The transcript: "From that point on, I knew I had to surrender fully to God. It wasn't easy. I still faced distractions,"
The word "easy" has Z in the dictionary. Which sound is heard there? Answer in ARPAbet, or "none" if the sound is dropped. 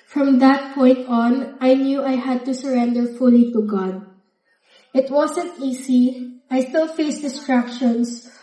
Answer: S